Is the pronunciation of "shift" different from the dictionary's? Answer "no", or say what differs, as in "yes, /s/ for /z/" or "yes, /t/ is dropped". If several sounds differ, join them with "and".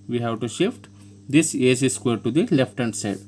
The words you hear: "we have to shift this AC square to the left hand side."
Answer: no